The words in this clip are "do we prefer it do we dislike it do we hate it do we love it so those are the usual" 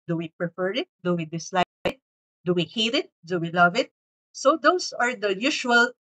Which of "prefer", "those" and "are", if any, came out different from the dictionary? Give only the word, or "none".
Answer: those